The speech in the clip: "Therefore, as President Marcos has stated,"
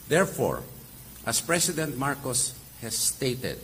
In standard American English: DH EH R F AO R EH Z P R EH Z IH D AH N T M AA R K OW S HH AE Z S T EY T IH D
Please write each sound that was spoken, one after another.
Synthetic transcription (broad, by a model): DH EH R F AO R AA S P R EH S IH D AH N T M AA R K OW S HH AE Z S T EY T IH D